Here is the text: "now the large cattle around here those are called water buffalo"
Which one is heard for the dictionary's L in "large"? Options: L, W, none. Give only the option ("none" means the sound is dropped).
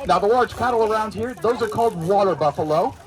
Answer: W